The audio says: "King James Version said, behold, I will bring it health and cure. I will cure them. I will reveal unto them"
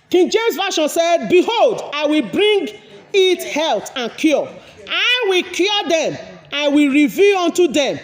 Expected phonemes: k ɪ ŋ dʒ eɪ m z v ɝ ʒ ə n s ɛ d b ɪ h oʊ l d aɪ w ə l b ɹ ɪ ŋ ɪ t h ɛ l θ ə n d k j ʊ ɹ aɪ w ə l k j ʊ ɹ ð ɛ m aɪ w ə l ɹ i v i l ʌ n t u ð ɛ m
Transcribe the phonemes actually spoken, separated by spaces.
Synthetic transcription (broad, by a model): k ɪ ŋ dʒ eɪ m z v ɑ ʃ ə n s ɛ d b ɪ h oʊ l d aɪ w ə l b ɹ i ŋ ɪ t h ɛ l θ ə n k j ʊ aɪ w ə l k j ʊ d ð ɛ m aɪ w ə l ɹ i v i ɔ n t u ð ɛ m